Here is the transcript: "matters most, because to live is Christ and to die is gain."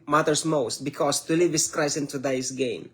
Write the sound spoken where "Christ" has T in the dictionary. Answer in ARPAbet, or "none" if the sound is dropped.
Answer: none